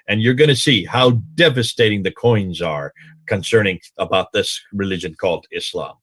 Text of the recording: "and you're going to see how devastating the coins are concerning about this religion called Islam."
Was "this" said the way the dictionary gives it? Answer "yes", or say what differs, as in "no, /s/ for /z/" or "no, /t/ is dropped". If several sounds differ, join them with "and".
yes